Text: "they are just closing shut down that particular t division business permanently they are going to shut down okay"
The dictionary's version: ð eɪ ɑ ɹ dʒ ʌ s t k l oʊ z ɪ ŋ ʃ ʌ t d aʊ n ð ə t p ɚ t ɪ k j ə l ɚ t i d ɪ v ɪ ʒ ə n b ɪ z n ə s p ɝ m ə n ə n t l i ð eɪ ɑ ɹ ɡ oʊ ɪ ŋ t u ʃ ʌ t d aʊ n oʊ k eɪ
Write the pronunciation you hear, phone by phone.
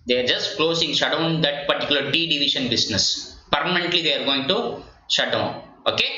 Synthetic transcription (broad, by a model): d eɪ ɑ ɹ dʒ ʌ s t k l oʊ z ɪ ŋ ʃ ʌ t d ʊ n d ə t p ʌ t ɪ k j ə l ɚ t i d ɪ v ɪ ʃ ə n b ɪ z n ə s p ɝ m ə n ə n t l i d eɪ ɑ ɹ ɡ oʊ ɪ ŋ t u ʃ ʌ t d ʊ n oʊ k eɪ